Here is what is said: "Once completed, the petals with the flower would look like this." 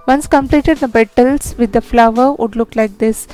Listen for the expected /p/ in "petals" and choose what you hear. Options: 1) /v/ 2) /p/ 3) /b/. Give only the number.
3